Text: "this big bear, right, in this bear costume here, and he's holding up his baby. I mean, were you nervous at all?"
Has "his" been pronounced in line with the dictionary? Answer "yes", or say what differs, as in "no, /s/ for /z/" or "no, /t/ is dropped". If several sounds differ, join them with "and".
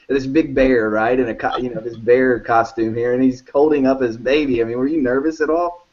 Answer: yes